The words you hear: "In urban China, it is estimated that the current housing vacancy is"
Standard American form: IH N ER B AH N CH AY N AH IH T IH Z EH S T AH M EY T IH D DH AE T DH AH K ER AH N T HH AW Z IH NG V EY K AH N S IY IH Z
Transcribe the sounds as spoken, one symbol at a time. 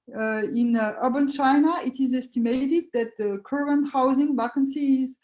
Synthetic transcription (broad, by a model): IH N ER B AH N CH AY N AH IH T IH Z EH S T AH M EY T IH D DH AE T DH AH K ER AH N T HH AW Z IH NG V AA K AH N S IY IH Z